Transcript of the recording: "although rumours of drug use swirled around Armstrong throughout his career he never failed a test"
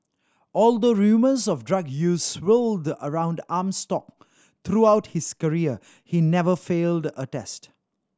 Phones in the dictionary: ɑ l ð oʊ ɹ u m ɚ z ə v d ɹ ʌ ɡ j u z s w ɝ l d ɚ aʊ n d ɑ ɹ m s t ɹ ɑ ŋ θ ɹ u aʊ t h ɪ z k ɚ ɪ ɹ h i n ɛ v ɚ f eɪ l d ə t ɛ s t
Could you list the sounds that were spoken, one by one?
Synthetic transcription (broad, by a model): ɑ l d oʊ ɹ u m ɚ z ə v d ɹ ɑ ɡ j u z s w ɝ l d ɚ aʊ n d ɑ m s t ɑ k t ɹ u aʊ t h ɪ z k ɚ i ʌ h i n ɛ v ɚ f eɪ l d ə t ɛ s t